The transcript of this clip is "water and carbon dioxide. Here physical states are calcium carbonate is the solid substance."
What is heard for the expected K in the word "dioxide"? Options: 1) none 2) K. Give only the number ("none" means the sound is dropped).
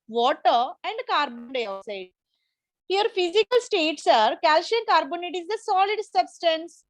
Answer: 1